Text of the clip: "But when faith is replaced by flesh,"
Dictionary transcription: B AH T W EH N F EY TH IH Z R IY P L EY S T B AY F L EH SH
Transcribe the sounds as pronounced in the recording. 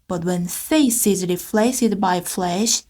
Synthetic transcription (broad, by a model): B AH T W EH N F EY S IH Z R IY F L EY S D B AY F L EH SH